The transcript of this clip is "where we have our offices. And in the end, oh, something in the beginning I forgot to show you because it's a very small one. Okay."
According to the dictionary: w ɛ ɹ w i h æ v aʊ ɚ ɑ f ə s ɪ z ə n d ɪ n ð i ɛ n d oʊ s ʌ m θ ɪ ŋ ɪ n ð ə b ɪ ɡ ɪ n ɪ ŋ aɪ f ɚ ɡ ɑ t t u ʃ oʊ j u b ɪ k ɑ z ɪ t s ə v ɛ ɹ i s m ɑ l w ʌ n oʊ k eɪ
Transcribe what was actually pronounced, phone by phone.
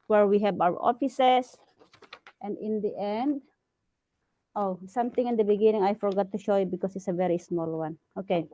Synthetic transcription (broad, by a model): w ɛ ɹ w i h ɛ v aʊ ɚ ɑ f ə s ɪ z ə n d ɪ n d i ɛ n d oʊ s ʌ m t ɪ ŋ ɪ n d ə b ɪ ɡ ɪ n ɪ ŋ aɪ f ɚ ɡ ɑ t t u ʃ oʊ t b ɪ k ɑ s ɪ t s ə v ɛ ɹ i s m ɑ l w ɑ n oʊ k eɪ